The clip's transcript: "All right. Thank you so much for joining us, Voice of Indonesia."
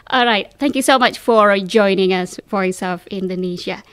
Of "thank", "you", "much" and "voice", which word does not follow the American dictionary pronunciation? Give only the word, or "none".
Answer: voice